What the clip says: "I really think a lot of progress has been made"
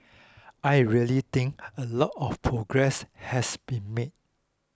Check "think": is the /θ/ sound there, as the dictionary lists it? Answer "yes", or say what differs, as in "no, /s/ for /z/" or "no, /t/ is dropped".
no, /t/ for /θ/